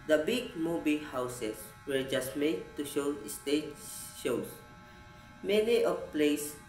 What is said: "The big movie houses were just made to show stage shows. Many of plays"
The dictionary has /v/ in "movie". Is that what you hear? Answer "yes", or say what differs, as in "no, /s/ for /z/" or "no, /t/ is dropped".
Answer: no, /b/ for /v/